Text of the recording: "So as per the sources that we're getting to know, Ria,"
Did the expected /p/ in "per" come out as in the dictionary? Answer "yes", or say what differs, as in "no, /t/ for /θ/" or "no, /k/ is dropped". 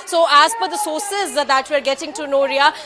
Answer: no, /f/ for /p/